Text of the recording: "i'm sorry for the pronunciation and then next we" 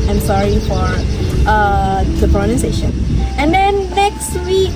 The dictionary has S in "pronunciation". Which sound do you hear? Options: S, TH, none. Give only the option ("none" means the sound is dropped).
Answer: none